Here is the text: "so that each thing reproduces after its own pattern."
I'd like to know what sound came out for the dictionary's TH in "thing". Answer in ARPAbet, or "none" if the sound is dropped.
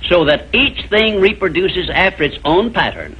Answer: TH